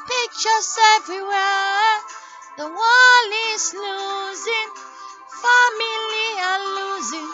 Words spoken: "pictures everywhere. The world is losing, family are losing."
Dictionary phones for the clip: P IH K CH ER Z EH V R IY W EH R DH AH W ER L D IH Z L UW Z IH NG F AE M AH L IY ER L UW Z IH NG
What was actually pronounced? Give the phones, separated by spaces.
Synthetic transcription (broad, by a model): P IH K CH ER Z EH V R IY W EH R DH AH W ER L IH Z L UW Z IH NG F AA M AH L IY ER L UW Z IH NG